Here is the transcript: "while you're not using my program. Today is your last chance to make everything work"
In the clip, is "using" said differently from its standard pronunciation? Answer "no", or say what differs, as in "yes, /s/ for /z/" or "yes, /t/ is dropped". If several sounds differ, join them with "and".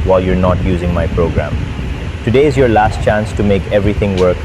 no